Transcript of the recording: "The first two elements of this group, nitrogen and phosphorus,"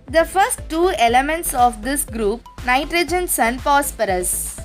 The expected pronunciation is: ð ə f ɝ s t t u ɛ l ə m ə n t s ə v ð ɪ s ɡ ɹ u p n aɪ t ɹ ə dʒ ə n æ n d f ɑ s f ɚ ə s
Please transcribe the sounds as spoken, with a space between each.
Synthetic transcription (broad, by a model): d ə f ɝ s t t u ɛ l ə m ə n t s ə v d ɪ s ɡ ɹ u p n aɪ t ɹ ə dʒ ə n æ n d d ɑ s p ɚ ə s